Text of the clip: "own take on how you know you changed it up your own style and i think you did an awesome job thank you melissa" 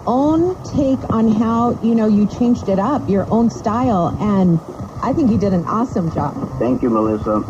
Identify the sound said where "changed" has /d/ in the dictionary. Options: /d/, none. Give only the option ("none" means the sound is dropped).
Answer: /d/